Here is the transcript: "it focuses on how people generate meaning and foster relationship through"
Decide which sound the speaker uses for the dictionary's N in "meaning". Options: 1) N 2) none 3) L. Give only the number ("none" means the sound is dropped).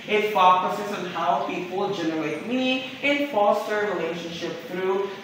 2